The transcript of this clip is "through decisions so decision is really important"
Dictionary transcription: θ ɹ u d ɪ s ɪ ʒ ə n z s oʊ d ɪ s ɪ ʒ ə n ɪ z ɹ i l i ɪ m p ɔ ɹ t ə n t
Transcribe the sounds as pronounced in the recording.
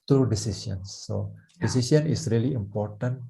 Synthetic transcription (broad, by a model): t ɹ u d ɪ s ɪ s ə n s oʊ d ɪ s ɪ s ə n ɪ s ɹ i l i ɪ m p ɔ ɹ t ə n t